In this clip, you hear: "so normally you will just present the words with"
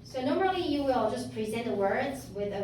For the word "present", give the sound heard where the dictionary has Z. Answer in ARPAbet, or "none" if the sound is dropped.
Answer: Z